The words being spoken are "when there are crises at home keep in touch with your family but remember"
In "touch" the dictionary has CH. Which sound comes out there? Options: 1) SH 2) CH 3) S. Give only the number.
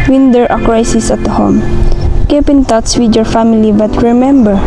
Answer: 3